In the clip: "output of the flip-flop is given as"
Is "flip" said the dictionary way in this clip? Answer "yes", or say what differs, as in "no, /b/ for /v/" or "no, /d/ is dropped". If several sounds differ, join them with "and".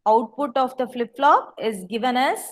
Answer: yes